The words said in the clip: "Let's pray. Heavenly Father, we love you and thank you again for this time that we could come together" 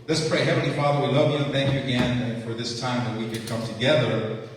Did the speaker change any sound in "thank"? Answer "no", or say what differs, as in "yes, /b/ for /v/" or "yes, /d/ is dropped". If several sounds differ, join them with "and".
no